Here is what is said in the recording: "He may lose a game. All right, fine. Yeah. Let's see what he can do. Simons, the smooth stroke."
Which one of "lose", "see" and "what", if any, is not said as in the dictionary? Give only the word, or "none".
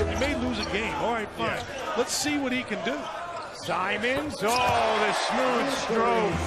none